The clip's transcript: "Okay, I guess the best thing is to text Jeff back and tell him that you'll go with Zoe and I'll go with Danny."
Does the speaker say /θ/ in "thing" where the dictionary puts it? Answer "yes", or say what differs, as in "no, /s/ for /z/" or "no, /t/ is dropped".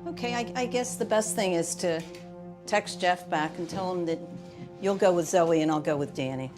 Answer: yes